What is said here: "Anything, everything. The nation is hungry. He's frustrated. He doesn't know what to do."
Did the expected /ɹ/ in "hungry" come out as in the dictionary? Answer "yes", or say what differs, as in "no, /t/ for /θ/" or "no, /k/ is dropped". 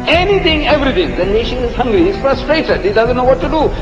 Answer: yes